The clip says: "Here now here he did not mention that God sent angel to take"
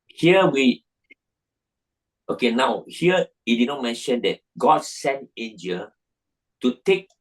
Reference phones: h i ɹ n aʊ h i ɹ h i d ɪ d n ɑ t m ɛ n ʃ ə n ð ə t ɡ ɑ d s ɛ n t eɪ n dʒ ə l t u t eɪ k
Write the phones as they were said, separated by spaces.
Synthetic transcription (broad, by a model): h i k n aʊ h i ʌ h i d ɪ d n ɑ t m ɛ n ʃ ə n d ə t ɡ ɑ d s ɛ n t eɪ n dʒ ə l t u t eɪ k